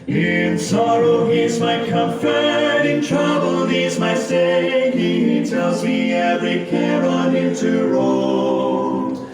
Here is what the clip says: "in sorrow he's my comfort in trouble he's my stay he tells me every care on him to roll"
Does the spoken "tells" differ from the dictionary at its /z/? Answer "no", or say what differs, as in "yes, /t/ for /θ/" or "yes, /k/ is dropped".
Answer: no